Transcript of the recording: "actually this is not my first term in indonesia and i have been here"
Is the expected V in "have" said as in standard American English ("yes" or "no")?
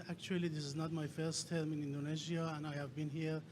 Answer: yes